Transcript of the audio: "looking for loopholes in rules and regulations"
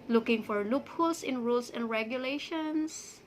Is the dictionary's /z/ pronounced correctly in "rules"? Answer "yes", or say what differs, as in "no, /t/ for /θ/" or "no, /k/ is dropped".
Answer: no, /s/ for /z/